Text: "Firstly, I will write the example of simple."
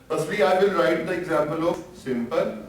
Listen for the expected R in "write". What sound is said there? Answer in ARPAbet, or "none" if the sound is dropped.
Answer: R